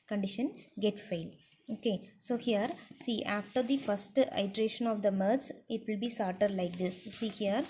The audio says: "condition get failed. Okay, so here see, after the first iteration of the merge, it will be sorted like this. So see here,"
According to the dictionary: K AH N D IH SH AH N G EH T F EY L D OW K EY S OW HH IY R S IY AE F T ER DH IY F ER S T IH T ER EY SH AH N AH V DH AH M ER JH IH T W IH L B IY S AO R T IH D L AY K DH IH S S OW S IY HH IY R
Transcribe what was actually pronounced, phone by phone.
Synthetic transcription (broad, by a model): K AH N D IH SH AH N G EH T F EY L OW K EY S OW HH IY R S IY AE F T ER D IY F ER S T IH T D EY SH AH N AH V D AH M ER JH IH T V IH L B IY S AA R T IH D L AY K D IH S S S IY HH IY R